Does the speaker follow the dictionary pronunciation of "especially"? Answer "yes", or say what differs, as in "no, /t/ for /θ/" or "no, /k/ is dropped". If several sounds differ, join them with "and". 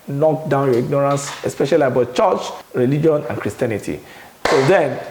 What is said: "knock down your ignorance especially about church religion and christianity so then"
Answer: yes